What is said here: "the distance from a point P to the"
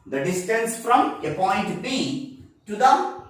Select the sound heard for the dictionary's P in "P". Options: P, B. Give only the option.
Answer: B